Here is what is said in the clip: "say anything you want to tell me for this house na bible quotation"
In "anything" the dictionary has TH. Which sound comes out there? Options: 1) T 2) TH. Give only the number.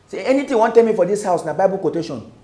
1